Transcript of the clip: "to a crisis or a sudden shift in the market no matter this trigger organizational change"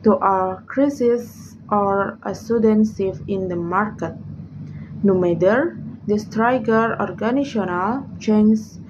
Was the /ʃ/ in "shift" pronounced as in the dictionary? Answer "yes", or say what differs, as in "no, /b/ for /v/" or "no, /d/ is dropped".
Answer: no, /s/ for /ʃ/